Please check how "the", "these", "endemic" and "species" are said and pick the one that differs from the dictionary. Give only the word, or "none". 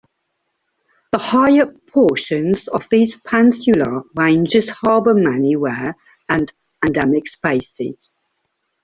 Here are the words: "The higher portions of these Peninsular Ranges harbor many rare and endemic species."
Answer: species